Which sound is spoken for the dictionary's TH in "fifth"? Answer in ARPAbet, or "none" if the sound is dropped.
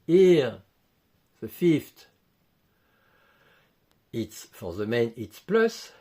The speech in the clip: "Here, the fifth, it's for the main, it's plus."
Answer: T